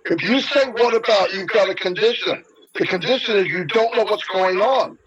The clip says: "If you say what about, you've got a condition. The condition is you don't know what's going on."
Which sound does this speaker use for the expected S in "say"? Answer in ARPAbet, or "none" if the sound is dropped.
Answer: TH